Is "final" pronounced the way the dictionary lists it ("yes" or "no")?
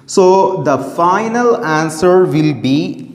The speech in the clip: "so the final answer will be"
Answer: yes